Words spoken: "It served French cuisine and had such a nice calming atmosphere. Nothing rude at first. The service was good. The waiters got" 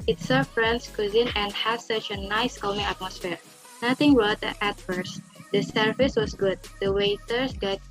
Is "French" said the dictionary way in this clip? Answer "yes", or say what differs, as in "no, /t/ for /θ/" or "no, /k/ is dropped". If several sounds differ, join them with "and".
no, /s/ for /tʃ/